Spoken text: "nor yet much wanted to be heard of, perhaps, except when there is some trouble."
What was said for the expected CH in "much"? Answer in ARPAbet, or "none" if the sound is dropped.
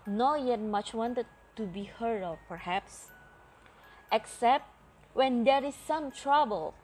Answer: CH